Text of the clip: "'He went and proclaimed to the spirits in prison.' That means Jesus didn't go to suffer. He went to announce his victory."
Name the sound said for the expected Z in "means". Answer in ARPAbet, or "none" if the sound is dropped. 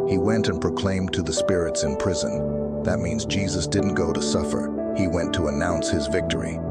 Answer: Z